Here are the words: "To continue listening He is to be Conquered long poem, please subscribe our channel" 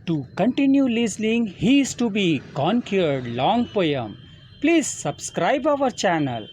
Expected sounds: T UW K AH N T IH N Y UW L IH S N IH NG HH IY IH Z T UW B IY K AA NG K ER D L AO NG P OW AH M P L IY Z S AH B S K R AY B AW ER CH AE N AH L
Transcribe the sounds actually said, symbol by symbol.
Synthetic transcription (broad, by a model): T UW K AH N T IH N Y UW L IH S L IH NG HH IY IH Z T UW B IY K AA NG K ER D L AO NG P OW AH M P L IY Z S AH B S K R AY B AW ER CH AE N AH L